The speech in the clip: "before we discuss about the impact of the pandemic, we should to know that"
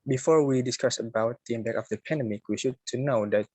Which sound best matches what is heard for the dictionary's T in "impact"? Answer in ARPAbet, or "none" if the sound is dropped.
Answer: none